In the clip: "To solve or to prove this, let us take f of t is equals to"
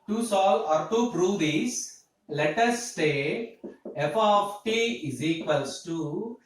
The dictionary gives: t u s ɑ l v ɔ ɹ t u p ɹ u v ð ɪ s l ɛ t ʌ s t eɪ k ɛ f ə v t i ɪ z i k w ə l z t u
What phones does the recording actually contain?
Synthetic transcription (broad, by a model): t u s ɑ l ɔ ɹ t u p ɹ u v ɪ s l ɛ t ʌ s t eɪ ɛ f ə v t i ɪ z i k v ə l s t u